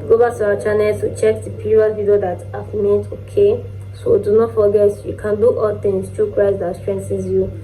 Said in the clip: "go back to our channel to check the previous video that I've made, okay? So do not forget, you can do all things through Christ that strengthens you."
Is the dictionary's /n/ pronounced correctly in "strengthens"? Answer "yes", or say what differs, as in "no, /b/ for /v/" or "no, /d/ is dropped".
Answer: no, /n/ is dropped